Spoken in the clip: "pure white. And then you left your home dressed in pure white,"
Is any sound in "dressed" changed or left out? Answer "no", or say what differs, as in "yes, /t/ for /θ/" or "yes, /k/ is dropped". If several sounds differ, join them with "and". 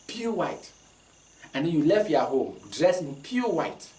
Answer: yes, /t/ is dropped